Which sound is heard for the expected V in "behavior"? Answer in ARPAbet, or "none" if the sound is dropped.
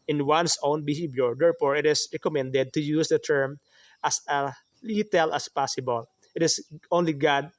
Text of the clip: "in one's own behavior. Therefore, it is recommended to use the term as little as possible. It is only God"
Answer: B